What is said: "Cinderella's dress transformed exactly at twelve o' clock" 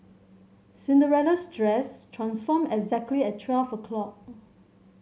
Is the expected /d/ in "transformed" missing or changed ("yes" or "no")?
yes